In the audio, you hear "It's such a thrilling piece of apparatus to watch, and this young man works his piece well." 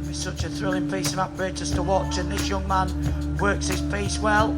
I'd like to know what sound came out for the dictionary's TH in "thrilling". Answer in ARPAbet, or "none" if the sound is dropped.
TH